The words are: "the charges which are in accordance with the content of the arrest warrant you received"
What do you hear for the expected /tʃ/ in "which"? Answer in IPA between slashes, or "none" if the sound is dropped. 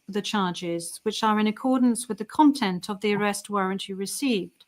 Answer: /tʃ/